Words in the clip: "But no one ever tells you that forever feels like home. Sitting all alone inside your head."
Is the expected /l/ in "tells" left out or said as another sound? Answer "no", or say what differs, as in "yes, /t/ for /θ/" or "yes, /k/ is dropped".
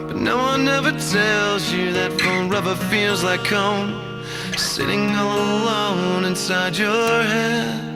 no